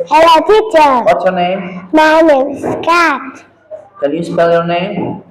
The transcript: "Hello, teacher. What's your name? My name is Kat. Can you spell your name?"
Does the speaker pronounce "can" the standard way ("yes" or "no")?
no